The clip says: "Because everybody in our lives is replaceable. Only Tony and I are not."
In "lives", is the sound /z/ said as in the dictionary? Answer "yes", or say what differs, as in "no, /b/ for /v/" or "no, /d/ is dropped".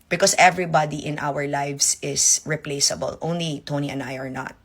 no, /s/ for /z/